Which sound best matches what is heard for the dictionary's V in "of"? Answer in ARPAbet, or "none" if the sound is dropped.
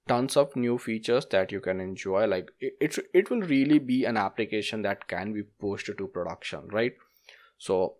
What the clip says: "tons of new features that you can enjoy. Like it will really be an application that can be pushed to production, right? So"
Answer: P